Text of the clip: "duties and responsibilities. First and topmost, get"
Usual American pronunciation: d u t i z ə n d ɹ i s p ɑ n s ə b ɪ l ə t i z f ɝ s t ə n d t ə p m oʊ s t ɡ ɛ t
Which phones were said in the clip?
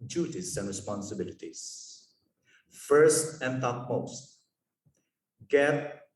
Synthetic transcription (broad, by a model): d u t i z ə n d ɹ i s p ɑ n s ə b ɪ l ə t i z f ɝ s t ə n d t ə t m oʊ s t ɡ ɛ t